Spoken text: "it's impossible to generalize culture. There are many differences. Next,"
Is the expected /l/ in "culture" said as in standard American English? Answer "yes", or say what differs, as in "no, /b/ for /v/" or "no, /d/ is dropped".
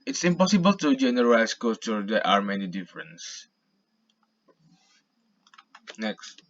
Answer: no, /l/ is dropped